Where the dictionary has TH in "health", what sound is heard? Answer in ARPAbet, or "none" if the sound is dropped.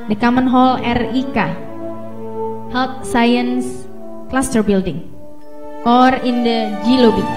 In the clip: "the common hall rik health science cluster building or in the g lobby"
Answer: T